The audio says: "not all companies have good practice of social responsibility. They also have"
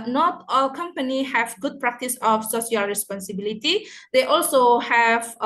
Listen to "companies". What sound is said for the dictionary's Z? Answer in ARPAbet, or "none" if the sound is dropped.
none